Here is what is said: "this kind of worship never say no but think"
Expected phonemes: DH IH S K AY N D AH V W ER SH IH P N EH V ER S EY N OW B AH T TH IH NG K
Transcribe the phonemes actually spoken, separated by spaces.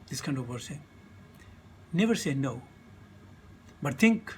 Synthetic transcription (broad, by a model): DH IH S K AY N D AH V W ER S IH N EH V ER S EY N OW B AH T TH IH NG K